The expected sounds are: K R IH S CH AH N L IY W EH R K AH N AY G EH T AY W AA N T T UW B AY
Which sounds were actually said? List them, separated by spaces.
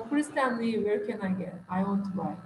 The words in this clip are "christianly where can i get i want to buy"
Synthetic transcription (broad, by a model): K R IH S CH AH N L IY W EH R K AH N AY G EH AY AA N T T UW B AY